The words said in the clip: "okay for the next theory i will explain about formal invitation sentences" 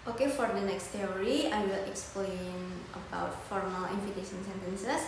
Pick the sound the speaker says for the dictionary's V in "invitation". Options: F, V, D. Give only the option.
F